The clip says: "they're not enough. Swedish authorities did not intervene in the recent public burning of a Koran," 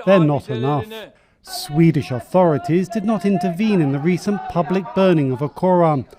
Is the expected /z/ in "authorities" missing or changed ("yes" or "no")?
no